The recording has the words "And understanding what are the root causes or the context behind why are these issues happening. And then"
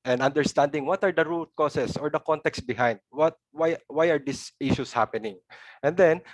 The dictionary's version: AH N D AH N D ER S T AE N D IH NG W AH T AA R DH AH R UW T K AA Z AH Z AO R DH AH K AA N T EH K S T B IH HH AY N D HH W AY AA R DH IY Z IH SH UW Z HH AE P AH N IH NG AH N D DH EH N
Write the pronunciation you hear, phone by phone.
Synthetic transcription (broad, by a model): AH N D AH N D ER S T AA N D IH NG W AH T AA R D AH R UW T K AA S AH S AO R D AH K AA N T EH K S T B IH HH AY N D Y W AY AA R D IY S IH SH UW S HH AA P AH N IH NG AH N D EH N